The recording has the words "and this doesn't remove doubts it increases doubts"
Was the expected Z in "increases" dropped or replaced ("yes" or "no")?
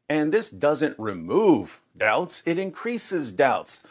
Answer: no